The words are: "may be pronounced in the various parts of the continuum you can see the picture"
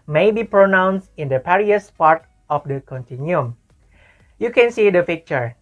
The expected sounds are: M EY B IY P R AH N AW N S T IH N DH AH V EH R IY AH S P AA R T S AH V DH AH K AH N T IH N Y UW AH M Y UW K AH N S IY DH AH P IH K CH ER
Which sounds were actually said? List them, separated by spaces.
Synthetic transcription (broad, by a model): M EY B IY P R AH N AW N S T IH N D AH P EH R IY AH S P AA R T AH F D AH K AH N T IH N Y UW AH M Y UW K AH N S IY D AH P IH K CH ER